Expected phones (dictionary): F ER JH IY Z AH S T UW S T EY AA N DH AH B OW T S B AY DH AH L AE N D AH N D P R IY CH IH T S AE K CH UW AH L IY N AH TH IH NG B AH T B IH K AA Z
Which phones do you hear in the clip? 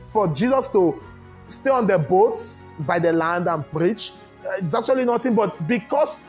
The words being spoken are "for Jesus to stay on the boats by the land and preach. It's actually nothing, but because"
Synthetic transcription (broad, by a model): F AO JH IY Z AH S T UW S T EY AA N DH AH B OW T S B AY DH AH L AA N D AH N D P R IY CH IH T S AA K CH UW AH L IY N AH T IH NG B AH T B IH K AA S